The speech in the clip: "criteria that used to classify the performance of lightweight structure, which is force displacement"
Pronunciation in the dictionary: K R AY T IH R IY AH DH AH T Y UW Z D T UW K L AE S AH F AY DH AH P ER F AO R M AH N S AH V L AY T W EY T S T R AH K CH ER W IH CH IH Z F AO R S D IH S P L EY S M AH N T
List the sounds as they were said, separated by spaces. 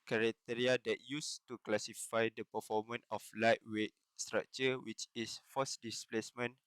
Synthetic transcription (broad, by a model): K R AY T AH R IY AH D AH T Y UW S T UW K L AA S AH F AY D AH P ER F AO M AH N AH F L AY T W EY T S T R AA K CH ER W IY CH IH S F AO S D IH S P L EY S M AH N